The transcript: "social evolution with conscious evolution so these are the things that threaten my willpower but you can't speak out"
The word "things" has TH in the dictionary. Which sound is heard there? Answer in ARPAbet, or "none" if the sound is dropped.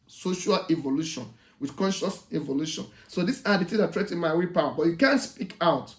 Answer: T